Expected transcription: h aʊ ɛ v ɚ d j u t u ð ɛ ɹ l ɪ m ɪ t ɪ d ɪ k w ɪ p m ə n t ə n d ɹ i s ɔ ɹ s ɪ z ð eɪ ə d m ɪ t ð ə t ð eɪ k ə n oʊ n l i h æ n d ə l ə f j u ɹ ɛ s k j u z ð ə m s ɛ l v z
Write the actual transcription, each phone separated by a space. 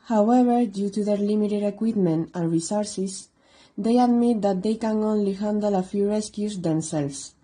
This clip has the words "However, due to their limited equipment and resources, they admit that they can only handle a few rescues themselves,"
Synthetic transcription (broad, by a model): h aʊ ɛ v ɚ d j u t u ð ɛ ɹ l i m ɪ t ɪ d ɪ k w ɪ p m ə n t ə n ɹ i s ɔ ɹ s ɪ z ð eɪ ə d m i t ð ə t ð eɪ k ə n oʊ n l i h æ n d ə l ə f j u ɹ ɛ s k j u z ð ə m s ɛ l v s